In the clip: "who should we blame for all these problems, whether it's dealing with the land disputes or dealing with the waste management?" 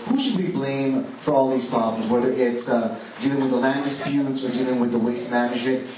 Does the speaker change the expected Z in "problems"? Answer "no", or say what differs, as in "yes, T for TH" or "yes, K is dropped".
no